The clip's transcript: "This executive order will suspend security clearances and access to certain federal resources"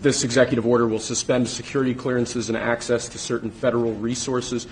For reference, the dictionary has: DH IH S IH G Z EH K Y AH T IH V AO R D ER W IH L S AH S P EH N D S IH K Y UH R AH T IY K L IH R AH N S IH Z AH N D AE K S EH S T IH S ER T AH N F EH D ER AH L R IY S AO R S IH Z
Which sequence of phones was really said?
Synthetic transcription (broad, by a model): DH IH S IH G Z EH K Y AH T IH V AO R D ER W IH L S AH S P EH N D S IH K Y UH R AH T IY K L IH R AH N S IH Z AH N AE K S EH S T IH S ER T N F EH D ER L R IY S AO R S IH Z